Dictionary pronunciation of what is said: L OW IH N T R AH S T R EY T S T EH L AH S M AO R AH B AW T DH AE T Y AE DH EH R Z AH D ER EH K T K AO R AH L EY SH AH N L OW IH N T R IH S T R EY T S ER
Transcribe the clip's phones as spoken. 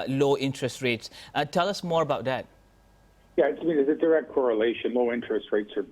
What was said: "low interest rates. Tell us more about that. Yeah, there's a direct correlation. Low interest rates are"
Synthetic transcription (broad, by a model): L OW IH N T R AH S T R EY T S T EH L AH S M AO R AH B AW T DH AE T Y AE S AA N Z AH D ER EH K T K AO R AH L EY SH AH N L OW IH N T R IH S T R EY T S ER